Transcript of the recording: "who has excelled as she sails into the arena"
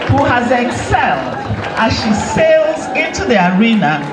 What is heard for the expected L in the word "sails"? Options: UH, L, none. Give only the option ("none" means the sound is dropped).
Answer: L